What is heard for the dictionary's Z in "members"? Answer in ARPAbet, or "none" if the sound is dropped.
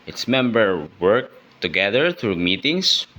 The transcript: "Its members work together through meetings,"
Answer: none